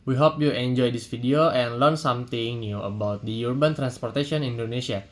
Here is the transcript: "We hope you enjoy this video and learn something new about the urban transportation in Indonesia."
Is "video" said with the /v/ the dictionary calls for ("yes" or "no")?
no